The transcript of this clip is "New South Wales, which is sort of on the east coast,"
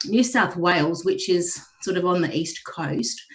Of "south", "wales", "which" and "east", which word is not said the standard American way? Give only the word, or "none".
none